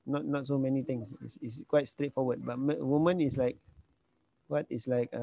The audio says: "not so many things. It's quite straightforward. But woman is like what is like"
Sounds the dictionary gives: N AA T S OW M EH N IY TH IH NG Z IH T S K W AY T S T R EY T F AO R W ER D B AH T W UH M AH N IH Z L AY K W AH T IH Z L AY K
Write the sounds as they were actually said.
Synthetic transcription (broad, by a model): N AA T S OW M EH N IY T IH NG S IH S S K W AY T S T R EY T F AO W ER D B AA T W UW M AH N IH S L AY K W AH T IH S L AY K